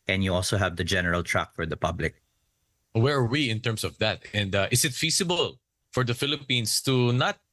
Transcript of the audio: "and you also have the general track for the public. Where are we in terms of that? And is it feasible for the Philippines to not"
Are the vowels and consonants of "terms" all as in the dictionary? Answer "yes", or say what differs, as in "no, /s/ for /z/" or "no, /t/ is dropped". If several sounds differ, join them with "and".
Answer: no, /s/ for /z/